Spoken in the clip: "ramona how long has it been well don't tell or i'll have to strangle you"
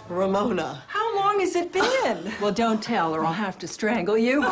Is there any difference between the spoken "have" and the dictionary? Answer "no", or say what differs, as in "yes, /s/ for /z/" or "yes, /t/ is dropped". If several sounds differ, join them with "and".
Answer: yes, /f/ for /v/